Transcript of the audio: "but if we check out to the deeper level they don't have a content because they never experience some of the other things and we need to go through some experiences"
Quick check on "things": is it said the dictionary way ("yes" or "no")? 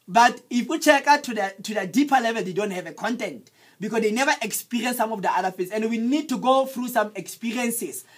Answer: no